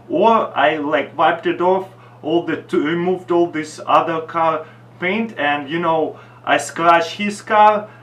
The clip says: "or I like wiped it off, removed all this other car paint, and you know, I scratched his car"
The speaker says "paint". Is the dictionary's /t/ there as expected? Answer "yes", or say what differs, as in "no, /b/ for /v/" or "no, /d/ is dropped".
yes